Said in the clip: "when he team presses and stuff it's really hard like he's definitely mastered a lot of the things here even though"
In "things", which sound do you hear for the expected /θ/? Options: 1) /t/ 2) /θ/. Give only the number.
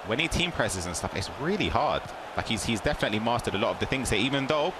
2